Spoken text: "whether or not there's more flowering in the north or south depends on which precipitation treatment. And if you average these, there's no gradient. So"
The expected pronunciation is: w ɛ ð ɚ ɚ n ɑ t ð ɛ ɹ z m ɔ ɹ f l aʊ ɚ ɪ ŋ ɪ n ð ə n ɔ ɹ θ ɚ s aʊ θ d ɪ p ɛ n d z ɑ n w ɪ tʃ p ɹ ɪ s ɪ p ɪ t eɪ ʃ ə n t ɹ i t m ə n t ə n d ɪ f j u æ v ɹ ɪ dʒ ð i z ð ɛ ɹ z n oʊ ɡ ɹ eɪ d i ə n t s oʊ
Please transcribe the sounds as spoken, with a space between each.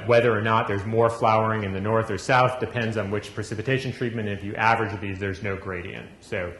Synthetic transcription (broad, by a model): w ɛ ð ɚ ɚ n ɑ t ð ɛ ɹ z m ɔ ɹ f l aʊ ɚ ɪ ŋ ɪ n ð ə n ɔ ɹ θ ɚ s aʊ θ d ɪ p ɛ n d z n w ɪ tʃ p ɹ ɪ s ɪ p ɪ t eɪ ʃ n t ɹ i t m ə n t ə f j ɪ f æ v ɹ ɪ dʒ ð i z ð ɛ ɹ z n oʊ ɡ ɹ eɪ d i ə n s oʊ